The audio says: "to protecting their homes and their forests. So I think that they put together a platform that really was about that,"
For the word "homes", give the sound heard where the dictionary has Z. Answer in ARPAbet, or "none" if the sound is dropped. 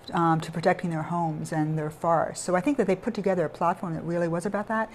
Z